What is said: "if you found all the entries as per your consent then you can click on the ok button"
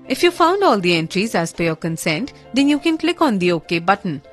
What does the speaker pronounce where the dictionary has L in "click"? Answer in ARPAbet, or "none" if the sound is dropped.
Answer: L